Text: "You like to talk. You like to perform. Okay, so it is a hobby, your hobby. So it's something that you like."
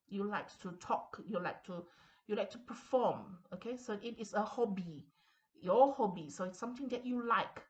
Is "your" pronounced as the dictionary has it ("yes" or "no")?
no